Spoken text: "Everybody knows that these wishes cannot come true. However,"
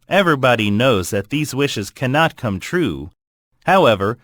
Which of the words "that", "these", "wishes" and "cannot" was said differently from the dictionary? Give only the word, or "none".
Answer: none